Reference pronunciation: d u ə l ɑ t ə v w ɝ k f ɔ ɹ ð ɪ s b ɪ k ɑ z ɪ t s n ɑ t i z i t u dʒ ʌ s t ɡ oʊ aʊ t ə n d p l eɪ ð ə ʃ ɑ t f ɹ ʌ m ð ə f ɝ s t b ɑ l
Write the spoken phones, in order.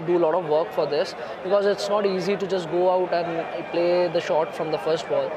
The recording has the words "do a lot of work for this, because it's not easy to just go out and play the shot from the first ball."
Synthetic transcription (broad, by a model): d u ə l ɑ t ə v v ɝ k f ɔ ɹ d ɪ s b ɪ k ɑ z ɪ t s n ɑ t i z i t u dʒ ʌ s t ɡ oʊ aʊ t ə n d p l eɪ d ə ʃ ɑ t f ɹ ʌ m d ə f ɝ s t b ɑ l